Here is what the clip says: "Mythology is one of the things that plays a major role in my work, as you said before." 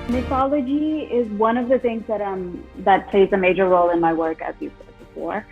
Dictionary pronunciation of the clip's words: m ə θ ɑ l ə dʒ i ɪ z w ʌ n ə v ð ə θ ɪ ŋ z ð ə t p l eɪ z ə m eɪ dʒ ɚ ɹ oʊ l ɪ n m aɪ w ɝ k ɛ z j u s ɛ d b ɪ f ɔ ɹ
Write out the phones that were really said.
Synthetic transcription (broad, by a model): m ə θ ɑ l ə dʒ i ɪ z w ʌ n ə v ð ə θ ɪ ŋ z ð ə t p l eɪ z ə m eɪ dʒ ɚ ɹ oʊ l ɪ n m aɪ w ɝ k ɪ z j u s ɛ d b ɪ f ɔ ɹ